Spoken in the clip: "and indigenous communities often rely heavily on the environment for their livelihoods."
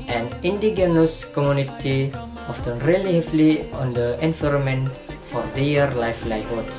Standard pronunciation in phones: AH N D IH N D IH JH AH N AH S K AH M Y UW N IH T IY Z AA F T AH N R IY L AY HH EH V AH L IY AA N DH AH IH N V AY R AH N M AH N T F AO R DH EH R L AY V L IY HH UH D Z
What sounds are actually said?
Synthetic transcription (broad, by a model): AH N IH N D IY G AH N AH S K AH M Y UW N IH T IY AA F T AH N R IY L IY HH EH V L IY AA N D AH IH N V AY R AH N M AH N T F AO R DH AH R L AY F L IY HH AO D